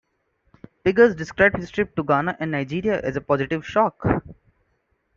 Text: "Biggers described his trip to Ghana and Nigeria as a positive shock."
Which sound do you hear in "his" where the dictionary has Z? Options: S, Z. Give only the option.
S